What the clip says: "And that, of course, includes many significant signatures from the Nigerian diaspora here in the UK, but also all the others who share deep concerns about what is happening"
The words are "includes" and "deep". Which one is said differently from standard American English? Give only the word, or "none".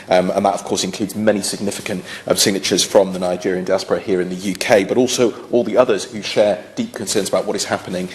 none